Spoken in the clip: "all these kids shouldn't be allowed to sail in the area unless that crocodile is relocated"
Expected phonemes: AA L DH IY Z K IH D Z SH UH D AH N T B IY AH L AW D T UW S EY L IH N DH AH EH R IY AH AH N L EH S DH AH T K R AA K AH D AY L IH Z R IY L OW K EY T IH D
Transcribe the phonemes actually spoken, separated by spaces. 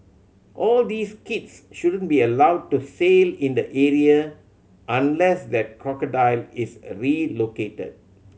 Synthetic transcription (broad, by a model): AA L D IY S K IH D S SH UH D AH N B IY AH L AW D T UW S EY L IH N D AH EH R IY AH AH N L EH S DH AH T K R AA K AH D AY L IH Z R IY L OW K EY T IH D